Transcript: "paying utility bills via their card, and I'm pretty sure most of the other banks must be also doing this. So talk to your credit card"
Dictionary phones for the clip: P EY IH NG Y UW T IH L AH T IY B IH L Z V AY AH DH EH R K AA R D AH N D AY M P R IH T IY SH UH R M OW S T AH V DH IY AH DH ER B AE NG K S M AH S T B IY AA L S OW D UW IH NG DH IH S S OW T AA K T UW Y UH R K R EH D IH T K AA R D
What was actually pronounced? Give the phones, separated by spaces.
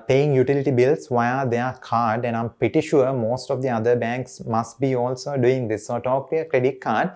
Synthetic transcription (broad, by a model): P EY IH NG Y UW T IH L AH T IY B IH L S V AY AH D EH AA K AA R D AH N D AY M P R IH T IY SH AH R M OW S T AH V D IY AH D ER B AE NG K S M AH S T B IY AA L S OW D UW IH NG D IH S S OW T AA K T UW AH K R EH D IH T K AA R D